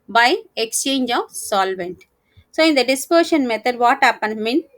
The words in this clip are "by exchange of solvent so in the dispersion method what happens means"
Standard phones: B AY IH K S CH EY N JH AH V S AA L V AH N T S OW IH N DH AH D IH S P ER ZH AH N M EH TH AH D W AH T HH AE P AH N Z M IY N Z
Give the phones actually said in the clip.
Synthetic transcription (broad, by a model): B AY IH K S CH EY N JH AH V S AA L V AH N T S OW IH N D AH D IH S P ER SH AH N M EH T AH D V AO T HH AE P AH N M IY N